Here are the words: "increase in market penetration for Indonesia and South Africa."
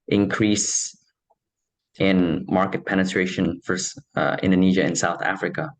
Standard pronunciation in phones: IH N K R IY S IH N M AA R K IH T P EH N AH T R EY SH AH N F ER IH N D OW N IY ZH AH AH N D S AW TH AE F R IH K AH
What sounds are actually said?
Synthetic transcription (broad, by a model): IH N K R IY S IH N M AA R K IH T P EH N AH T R EY SH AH N F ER IH N D OW N IY ZH AH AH N S AW TH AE F R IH K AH